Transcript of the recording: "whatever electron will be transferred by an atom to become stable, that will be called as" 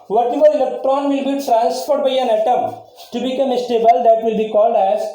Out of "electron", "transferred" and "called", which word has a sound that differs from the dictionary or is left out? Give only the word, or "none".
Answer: transferred